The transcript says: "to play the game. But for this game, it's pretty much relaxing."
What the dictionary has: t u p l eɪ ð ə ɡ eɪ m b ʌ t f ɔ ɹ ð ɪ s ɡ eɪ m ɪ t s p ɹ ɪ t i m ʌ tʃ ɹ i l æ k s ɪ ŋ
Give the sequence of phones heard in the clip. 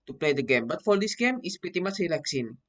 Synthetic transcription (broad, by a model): t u p l eɪ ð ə ɡ eɪ m b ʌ t f ɔ ɹ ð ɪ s ɡ eɪ m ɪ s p ɪ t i m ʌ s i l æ k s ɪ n